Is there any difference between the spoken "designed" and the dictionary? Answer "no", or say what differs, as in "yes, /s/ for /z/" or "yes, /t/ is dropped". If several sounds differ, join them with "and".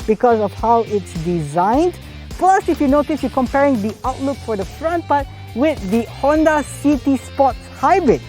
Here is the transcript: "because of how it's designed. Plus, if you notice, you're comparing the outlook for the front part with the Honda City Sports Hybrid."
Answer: no